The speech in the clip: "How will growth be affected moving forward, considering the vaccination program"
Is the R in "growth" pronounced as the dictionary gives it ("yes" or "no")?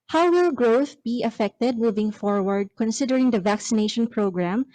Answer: yes